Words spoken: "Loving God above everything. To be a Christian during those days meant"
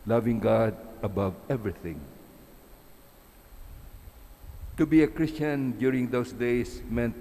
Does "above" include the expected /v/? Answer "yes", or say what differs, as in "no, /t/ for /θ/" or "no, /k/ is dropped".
yes